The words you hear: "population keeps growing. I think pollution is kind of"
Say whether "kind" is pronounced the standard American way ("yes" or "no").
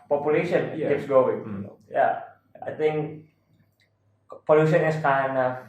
no